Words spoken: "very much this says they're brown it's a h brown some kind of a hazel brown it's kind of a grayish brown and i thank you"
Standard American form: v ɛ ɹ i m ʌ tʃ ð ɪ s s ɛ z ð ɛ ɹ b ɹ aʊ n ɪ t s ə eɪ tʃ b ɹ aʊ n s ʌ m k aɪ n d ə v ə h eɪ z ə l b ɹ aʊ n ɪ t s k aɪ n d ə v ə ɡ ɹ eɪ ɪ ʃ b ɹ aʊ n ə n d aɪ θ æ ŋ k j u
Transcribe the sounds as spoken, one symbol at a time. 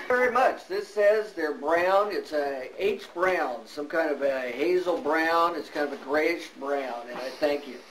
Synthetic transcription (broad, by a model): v ɛ ɹ i m ʌ tʃ ð ɪ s s ɛ z ð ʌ ɹ b ɹ aʊ n ɪ t s ə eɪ s b ɹ aʊ n s ʌ m k aɪ n d ə v ə h eɪ z l b ɹ aʊ n ɪ t s k aɪ n d ə v ə ɡ ɹ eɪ ɪ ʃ b ɹ aʊ n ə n aɪ θ æ ŋ k j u